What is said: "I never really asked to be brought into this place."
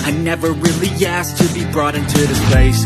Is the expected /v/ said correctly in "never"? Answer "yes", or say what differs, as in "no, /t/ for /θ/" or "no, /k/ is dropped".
yes